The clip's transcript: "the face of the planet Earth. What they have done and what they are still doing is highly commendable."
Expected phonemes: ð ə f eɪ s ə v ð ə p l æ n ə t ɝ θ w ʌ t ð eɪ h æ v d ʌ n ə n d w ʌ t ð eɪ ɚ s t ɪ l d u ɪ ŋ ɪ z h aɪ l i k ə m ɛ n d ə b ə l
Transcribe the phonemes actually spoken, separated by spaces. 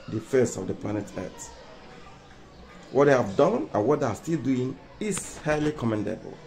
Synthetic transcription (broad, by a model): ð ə f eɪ s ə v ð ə p l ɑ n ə t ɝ t w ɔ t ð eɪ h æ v d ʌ n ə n w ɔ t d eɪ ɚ s t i l d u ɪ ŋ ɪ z h aɪ l i k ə m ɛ n d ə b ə l